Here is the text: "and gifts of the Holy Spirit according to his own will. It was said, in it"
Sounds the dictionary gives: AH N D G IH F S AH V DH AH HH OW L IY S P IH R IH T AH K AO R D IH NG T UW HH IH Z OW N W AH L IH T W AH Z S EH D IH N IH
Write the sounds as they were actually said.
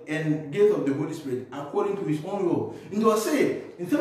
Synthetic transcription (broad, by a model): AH N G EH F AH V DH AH HH OW L IY S P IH R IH T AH K AO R D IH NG T UW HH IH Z OW N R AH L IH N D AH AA S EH IH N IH